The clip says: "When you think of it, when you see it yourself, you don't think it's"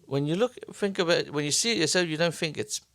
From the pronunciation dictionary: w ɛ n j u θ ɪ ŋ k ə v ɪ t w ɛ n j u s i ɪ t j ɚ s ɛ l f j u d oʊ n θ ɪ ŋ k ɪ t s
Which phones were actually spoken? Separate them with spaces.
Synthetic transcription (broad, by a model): w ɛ n j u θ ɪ ŋ k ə b ɪ t w ɛ n j u s i ɪ t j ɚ s ɛ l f j u d oʊ n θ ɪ ŋ k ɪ t s